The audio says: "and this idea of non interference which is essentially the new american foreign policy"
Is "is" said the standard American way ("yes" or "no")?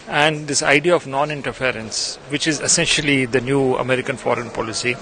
yes